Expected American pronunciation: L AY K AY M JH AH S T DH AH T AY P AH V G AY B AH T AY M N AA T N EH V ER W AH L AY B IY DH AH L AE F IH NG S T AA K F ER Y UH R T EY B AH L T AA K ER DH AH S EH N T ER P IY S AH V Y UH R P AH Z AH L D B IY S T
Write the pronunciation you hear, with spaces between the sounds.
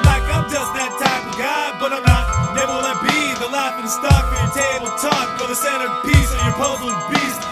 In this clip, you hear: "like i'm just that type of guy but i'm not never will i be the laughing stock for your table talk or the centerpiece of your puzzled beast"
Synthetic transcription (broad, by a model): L AY K AY M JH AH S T DH AH T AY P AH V G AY B AH T AY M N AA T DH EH ER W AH N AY B IY DH AH L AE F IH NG S T AA K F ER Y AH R T EY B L T AA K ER DH AH S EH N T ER P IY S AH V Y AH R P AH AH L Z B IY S